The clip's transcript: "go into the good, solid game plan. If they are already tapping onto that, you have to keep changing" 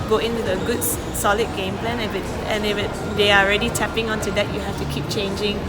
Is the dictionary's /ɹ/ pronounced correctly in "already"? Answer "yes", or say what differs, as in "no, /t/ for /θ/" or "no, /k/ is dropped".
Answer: yes